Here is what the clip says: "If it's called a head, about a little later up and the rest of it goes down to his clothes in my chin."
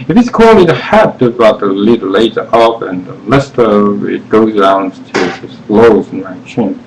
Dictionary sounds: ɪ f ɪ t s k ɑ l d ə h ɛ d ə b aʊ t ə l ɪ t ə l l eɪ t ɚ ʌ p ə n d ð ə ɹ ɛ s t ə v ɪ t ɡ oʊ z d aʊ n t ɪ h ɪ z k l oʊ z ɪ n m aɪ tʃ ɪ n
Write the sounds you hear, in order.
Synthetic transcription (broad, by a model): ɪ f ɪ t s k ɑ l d ə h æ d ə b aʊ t ə l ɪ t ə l l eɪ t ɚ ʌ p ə n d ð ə l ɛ s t ə v ɪ t ɡ oʊ z d aʊ n t ɪ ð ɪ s l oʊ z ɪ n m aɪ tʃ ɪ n